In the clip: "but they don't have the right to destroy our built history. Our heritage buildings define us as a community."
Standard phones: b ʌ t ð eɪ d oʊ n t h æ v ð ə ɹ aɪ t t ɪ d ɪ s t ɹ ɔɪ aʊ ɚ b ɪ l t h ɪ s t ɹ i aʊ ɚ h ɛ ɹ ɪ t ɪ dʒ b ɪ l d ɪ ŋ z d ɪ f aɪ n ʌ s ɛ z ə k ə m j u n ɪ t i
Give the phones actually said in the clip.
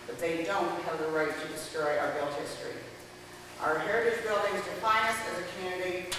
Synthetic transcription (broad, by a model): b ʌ t ð eɪ d oʊ n t h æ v ð ə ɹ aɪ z t ɪ d ɪ s t ɹ ɔɪ aʊ ɚ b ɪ l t h ɪ s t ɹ i aʊ ɚ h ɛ ɹ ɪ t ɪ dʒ b ɪ l d ɪ ŋ z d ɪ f aɪ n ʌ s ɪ z ə k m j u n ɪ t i